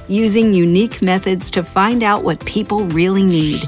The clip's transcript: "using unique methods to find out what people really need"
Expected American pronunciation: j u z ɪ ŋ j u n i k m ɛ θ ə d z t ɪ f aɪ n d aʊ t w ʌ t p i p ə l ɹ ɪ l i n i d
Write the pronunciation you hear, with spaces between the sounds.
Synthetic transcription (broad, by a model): j u z ɪ ŋ j u n i k m ɛ θ ə d z t ɪ f aɪ n d aʊ t w ʌ t p i p l ɹ ɪ l i n i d